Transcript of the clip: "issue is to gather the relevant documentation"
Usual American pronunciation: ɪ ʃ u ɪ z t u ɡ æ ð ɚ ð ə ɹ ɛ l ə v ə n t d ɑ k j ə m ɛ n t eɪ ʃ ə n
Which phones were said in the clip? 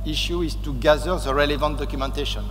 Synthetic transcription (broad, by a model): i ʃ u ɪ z t u ɡ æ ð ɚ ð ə ɹ ɛ l ə v ə n t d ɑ k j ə m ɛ n t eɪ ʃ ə n